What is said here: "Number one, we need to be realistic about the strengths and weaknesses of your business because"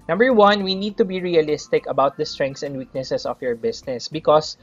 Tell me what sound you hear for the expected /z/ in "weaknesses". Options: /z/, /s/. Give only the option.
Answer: /s/